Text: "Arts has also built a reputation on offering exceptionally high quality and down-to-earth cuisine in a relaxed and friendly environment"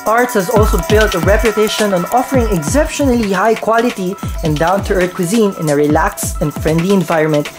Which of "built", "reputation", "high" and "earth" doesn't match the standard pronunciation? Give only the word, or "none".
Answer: earth